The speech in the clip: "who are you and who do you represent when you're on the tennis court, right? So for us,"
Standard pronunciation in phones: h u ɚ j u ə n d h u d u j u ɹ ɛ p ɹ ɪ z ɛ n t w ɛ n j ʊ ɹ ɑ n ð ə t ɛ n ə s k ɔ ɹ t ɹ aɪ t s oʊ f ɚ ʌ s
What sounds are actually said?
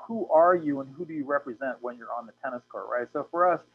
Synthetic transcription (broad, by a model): h u ɚ j u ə n h u d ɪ j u ɹ ɛ p ɹ ɪ z ɛ n t w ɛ n j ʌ ɹ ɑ n ð ə t ɛ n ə s k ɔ ɹ ɹ aɪ t s oʊ f ɚ ʌ s